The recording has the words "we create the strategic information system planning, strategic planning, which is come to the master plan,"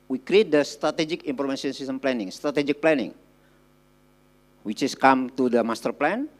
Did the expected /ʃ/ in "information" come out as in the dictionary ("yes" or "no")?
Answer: no